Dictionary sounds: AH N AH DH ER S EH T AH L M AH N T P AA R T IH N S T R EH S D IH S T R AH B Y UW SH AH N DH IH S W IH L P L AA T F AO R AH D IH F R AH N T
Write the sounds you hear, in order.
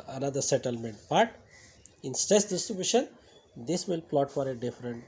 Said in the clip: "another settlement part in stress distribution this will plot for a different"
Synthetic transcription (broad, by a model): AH N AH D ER S EH T AH L M AH N T B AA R T IH N S T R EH S D IH S T R AH B Y UW SH AH N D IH S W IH L P L AA T F AO R AH D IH F R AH N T